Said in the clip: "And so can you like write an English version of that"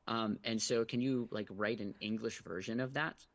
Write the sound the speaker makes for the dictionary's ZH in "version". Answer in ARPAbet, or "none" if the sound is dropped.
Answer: ZH